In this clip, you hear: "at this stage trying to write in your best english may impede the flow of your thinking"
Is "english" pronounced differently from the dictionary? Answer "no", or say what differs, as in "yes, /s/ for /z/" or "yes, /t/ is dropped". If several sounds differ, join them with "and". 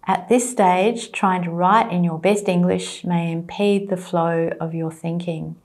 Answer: no